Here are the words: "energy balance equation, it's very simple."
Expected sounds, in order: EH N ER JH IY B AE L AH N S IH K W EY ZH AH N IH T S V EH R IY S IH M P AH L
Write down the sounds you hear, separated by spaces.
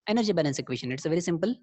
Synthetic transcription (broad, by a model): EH N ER JH IY B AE N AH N S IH K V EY SH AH N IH T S V EH R IY S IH M P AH L